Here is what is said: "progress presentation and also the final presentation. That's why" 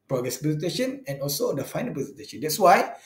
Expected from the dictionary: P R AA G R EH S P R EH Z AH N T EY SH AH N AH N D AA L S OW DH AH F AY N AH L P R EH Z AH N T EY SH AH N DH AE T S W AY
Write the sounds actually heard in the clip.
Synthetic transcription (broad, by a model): P R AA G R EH S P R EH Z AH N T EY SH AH N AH N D AA L S OW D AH F AY N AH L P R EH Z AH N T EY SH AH N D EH T S W AY